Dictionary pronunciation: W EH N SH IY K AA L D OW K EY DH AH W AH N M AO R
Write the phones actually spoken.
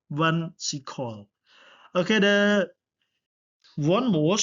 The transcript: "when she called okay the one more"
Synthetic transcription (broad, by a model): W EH N S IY K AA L OW K EY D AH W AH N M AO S